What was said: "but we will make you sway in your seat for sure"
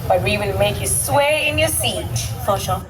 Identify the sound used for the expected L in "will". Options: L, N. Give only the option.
N